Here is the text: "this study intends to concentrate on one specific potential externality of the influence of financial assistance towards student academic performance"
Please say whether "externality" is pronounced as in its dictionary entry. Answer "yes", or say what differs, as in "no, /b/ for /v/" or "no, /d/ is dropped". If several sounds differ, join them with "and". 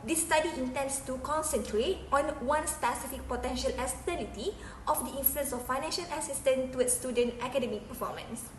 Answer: no, /k/ is dropped